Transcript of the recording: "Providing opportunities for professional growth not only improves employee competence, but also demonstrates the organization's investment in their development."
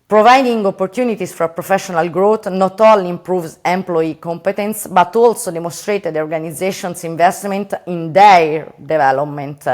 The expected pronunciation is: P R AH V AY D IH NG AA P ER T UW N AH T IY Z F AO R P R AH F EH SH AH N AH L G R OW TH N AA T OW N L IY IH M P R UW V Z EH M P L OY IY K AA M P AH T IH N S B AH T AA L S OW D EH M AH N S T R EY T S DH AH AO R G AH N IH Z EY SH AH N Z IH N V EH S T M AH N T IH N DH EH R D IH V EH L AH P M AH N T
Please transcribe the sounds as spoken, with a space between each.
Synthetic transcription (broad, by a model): P R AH V AY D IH NG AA P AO T UW N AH T IY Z F AO R P R AH F EH SH AH N AH L G R OW T N AA T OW L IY M P R UW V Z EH M P L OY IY K AA M P AH T IH N S B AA T AA L S OW D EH M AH N S T R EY T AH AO R G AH N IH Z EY SH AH N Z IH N V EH S T M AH N T IH N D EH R D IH V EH L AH P M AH N T